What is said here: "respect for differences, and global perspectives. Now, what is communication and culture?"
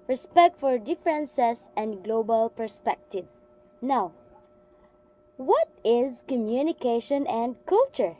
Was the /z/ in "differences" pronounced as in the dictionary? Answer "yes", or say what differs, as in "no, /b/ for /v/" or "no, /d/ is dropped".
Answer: no, /s/ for /z/